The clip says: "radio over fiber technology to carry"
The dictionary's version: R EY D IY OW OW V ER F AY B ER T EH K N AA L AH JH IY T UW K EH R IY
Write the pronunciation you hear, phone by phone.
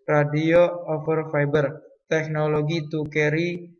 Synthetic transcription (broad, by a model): R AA D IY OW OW F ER F AY B ER T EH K N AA L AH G IY T UW K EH R IY